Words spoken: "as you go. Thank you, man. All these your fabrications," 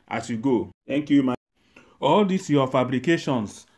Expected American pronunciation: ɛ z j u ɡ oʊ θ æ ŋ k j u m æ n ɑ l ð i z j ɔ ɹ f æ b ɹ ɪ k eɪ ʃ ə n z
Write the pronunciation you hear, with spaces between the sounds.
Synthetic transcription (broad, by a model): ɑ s j u ɡ oʊ t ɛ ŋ k j u m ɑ ɑ l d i s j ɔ f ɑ b ɹ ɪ k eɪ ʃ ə n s